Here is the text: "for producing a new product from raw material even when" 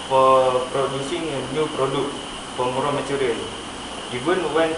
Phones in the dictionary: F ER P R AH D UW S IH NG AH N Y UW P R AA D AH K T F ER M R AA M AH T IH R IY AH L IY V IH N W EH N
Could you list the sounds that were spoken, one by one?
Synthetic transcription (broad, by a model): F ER P R AH D UW S IH NG AH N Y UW P R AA D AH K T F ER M R AA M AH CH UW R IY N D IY B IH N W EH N